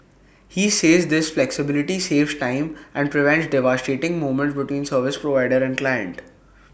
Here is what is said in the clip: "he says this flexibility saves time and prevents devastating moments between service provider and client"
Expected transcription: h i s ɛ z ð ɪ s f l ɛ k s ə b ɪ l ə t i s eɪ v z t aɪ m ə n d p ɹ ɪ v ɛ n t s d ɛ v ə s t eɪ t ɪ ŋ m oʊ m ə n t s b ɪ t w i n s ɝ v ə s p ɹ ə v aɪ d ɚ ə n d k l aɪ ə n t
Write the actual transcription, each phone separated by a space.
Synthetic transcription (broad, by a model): h i s ɛ z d ɪ s f l ɛ k s ə b ɪ l ə t i s eɪ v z t aɪ m ə n d p ɹ ɪ v ɛ n t s d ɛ v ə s t eɪ t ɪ ŋ m oʊ m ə n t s b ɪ t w i n s ɝ v ə s p ɹ ə v aɪ d ɚ ə n d k l aɪ ə n t